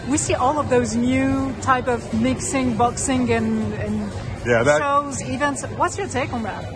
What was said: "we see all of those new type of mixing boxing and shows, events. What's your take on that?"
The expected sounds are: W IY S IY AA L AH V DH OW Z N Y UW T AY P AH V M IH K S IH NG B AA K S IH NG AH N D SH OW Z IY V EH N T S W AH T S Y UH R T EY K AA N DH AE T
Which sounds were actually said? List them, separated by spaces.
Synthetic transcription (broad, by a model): W IY S IY AA L AH V DH OW Z N Y UW T AY P AH V M IH K S IH NG B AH K S IH NG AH N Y SH OW Z IY V EH N T S W AH T S Y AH R T EY K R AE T